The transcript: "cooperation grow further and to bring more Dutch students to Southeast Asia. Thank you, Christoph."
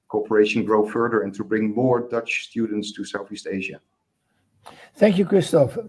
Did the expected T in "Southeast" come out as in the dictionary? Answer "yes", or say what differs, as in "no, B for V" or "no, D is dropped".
yes